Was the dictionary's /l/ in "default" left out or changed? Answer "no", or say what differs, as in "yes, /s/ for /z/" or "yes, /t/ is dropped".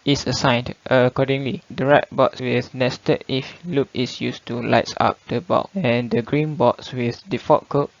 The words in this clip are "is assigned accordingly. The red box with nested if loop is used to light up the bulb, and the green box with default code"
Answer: yes, /l/ is dropped